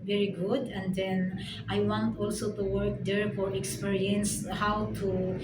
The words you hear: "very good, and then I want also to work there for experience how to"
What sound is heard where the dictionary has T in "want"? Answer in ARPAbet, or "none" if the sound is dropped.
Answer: T